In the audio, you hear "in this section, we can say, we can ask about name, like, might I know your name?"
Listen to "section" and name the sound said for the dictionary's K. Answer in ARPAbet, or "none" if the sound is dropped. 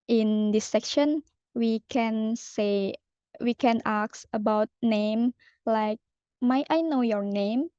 K